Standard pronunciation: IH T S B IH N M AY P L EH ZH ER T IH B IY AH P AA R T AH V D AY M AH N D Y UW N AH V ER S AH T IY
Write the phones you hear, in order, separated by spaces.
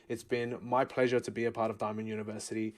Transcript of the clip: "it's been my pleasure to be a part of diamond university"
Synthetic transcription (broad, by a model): IH T S B IH N M AY P L EH ZH ER T IH B IY AH P AA R T AH V D AY M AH N Y UW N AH V ER S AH T IY